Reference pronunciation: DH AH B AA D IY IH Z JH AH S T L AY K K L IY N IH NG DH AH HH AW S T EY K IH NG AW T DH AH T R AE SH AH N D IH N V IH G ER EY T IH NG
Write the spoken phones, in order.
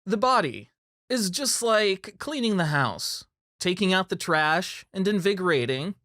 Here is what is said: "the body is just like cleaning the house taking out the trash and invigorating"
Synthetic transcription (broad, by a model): DH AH B AA D IY IH Z JH AH S T L AY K K L IY N IH NG DH AH HH AW S T EY K IH NG AW T DH AH T R AE SH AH N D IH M V IH G ER EY T IH NG